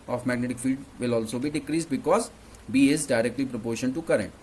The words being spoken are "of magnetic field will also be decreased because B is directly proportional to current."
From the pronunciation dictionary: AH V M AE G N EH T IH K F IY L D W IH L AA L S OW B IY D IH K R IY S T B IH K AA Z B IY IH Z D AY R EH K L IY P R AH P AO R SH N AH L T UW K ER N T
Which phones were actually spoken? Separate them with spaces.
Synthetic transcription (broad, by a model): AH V M AE G N EH T IH K F IY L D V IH L AA L S OW B IY D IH K R IY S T B IH K AA Z B IY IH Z D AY R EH K L IY P R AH P AO R SH AH N T UW K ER T